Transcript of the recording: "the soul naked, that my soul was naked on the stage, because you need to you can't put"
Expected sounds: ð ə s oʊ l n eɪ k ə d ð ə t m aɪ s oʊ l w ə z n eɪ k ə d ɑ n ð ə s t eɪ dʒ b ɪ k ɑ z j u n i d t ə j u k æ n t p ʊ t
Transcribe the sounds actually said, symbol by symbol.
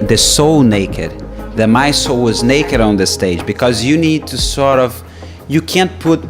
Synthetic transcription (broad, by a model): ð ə s oʊ l n eɪ k ə d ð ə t m aɪ s oʊ l w ə z n eɪ k ə d ɑ n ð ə s t eɪ dʒ b ɪ k ɑ z j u n i d t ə j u k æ n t p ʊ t